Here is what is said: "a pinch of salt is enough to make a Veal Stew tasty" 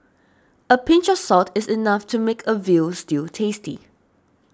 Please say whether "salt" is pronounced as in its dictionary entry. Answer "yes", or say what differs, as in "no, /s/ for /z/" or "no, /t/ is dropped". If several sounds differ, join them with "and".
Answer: no, /l/ is dropped